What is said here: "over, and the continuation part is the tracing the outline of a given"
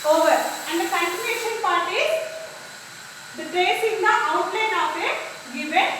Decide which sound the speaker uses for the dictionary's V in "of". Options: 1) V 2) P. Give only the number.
2